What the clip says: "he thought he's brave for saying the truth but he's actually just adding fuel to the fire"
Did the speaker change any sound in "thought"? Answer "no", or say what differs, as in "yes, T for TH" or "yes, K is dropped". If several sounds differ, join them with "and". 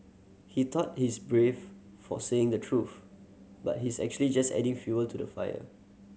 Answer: yes, T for TH